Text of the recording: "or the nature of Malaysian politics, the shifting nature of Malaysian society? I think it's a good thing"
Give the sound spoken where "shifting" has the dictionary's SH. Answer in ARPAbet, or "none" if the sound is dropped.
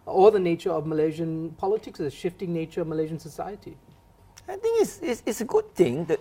SH